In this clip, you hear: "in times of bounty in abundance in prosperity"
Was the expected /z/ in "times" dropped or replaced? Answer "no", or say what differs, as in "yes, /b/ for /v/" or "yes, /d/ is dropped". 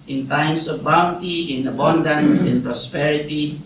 yes, /s/ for /z/